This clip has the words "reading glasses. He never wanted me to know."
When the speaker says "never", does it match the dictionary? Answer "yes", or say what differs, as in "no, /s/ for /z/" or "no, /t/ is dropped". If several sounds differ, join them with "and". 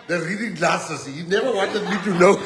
yes